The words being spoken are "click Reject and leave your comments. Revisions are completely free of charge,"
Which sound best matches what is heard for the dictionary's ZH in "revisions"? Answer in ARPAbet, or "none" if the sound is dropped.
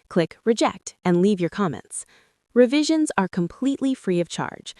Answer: ZH